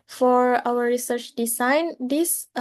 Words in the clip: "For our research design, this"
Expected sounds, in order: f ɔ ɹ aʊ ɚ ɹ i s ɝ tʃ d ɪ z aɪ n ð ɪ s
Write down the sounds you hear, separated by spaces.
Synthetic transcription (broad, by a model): f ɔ ɹ aʊ ɚ ɹ i s ɝ tʃ d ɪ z aɪ n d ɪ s